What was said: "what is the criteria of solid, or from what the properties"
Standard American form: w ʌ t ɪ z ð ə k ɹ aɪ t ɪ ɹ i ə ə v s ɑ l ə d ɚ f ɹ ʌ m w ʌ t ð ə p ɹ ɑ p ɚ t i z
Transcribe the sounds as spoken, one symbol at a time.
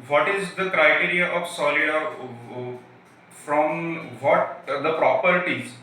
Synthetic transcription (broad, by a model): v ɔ t ɪ z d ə k ɹ aɪ t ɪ ɹ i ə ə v s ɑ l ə ɑ f ɹ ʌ m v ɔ t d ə p ɹ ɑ p ɚ t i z